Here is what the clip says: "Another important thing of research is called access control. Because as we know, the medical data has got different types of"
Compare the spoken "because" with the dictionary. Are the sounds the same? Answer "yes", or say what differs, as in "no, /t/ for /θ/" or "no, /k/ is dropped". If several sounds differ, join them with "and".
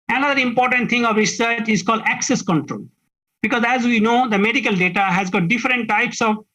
yes